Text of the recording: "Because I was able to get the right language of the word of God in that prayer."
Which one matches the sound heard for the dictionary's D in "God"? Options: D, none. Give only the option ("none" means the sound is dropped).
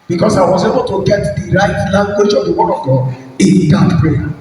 none